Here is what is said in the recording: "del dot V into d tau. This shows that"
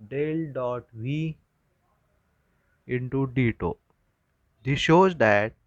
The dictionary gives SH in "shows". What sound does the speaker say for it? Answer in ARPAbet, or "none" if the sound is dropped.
SH